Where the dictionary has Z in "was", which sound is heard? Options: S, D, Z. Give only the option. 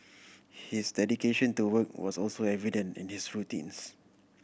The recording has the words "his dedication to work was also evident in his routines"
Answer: S